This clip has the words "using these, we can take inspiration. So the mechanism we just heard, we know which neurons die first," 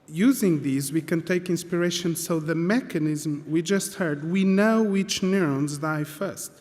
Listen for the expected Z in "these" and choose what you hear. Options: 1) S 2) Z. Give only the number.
2